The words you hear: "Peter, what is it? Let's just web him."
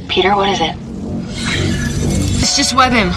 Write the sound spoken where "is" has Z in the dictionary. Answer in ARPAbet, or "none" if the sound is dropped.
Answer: Z